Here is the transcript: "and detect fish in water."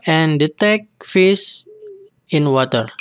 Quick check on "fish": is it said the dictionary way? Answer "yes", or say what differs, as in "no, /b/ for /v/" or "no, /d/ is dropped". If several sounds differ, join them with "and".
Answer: no, /s/ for /ʃ/